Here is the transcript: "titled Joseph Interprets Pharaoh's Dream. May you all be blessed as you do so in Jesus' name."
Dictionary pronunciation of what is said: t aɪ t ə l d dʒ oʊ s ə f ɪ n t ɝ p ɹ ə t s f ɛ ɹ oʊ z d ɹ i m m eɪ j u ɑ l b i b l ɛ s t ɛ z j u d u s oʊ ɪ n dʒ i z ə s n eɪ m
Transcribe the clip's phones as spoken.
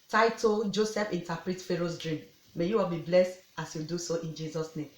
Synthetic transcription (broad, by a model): t aɪ t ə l dʒ oʊ s ə f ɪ n t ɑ p ɹ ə t f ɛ ɹ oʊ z d ɹ i m m eɪ j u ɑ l b i b l ɛ s t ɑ s j u d u s oʊ ɪ n dʒ i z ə s n eɪ m